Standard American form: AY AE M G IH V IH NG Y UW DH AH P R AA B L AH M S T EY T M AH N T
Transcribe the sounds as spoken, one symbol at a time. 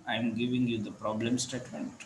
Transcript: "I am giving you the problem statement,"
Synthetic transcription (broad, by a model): AY M G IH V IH NG Y UW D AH P R AA B L AH M S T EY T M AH N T